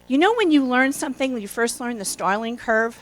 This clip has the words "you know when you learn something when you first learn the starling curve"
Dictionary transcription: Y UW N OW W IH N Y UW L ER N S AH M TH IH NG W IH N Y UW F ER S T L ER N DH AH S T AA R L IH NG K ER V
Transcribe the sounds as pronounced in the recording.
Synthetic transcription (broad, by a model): Y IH N OW W IH N Y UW L ER N S AH M TH IH NG W IH N Y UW F ER S T L ER N DH AH S T AA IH L IH NG K ER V